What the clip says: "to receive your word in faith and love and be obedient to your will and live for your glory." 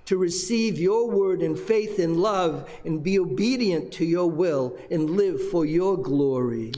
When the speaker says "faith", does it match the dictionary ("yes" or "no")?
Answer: yes